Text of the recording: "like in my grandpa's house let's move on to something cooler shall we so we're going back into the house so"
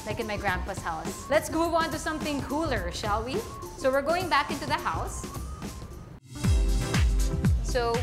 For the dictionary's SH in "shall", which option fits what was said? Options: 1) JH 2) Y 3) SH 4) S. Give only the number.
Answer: 3